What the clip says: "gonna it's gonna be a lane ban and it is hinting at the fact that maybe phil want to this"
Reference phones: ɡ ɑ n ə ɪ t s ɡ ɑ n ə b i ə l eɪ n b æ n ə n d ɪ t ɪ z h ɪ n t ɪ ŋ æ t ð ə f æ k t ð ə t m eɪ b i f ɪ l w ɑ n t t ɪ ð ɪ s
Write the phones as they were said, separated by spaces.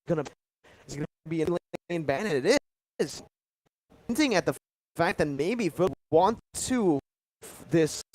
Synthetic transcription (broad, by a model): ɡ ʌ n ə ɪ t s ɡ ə b i ə l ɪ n b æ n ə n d ɪ t ɪ z n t ɪ ŋ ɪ t ð ə f æ k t ð ə t m eɪ b i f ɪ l w ɑ n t t ɪ ð ɪ s